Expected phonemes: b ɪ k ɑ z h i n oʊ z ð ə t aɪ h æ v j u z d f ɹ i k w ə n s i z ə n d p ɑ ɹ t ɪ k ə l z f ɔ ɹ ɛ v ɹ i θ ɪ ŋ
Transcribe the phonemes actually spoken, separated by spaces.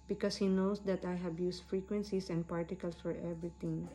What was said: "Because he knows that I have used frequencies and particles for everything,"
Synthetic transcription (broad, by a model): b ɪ k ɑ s h i n oʊ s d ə t aɪ h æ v j u s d f ɹ i k w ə n s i s ə n d p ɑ ɹ t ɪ k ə l s f ɔ ɹ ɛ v ɹ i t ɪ ŋ